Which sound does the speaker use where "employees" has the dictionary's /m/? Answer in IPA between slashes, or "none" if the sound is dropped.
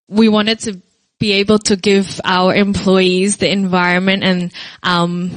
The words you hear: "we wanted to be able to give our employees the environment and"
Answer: /m/